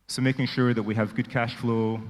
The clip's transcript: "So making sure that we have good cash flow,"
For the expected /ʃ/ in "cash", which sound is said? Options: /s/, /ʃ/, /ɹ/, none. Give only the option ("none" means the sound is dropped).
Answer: /ʃ/